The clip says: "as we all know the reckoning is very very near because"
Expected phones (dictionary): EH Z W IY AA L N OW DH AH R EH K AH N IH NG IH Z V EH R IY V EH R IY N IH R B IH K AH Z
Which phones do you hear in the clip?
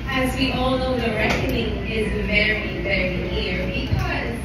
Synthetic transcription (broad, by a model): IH Z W IY AA L N OW DH AH R EH K AH N IH NG IH Z V EH R IY V EH R IY N IH R B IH K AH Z